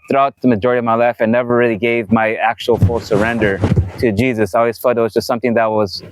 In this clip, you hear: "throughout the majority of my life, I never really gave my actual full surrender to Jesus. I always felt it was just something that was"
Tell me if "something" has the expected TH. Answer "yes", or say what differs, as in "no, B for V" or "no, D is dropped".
yes